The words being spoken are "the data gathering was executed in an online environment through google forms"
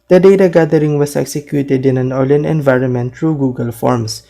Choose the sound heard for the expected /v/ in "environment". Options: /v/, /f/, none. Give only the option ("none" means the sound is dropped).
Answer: /v/